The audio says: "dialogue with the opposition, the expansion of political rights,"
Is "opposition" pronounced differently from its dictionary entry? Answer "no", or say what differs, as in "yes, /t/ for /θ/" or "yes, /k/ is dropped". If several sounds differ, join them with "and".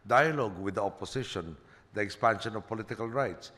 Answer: yes, /s/ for /z/